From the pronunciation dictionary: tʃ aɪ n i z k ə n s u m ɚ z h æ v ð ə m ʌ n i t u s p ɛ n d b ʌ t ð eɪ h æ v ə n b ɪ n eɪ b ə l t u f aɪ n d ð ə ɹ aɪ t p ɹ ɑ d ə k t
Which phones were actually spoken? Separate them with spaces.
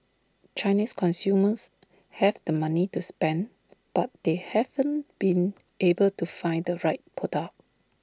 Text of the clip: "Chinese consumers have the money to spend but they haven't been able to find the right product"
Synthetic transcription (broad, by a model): tʃ aɪ n i s k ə n s u m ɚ s h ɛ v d ə m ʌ n i t u s p ɛ n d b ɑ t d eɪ h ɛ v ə n b ɪ n eɪ b ə l t u f aɪ n d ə ɹ aɪ t p ɑ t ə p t